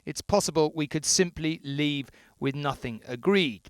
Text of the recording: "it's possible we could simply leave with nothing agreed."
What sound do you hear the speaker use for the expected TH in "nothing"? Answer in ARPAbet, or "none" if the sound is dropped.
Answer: TH